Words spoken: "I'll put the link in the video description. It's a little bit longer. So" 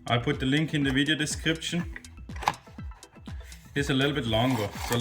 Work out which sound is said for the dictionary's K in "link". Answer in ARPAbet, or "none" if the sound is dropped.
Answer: K